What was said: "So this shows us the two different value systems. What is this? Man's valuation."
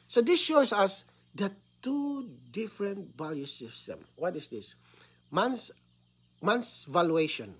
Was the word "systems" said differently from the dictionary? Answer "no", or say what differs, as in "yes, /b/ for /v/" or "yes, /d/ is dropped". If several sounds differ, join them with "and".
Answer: yes, /z/ is dropped